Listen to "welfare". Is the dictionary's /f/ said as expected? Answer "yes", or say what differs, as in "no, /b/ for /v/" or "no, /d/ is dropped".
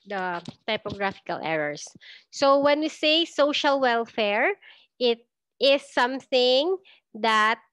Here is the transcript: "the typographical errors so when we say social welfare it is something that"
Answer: yes